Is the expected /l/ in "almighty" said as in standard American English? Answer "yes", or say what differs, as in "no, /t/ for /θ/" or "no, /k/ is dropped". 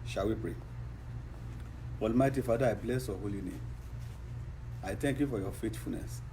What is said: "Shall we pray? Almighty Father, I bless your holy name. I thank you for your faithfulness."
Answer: yes